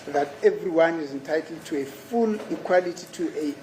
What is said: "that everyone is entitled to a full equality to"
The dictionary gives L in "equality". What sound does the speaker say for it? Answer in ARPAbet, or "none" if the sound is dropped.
L